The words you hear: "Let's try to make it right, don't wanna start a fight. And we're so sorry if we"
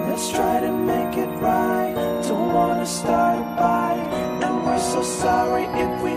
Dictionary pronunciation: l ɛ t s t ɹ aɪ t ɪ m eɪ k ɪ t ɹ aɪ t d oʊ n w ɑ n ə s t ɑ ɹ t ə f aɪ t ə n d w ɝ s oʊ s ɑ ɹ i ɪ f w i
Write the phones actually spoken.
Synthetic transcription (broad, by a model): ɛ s t ɹ aɪ t ɪ m eɪ k ɪ t ɹ aɪ t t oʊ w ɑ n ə s t ɑ ɹ t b aɪ ə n w ɝ s oʊ s ɑ ɹ i ɪ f w i